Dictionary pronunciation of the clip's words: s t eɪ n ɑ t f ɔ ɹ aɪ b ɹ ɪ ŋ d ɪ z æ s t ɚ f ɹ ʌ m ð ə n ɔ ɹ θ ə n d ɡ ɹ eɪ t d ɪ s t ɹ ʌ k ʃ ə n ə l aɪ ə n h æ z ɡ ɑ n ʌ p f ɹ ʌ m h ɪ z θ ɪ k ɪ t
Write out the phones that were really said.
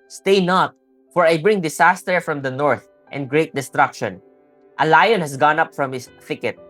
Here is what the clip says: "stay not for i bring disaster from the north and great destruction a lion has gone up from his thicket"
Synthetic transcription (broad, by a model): s t eɪ n ɑ t f ɔ ɹ aɪ b ɹ ɪ ŋ d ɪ s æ s t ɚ f ɹ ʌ m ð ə n ɔ ɹ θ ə n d ɡ ɹ eɪ t d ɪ s t ɹ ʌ k ʃ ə n ə l aɪ ə n h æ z ɡ ɑ n ʌ p f ɹ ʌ m h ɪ s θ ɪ k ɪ t